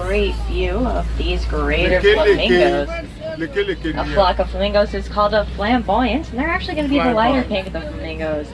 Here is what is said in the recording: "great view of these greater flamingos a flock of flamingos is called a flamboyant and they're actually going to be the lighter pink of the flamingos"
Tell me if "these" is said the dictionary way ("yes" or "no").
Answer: yes